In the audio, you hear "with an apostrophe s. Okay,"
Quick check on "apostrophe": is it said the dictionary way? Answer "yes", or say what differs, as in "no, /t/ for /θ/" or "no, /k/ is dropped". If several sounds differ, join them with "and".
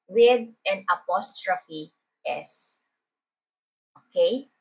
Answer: yes